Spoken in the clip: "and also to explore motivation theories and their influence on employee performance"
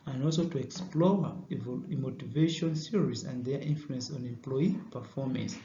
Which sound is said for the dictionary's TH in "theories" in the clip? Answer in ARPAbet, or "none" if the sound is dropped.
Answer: S